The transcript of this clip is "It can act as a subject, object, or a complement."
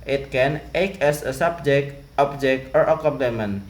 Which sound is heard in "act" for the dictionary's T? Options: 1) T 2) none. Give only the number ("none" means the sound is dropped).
2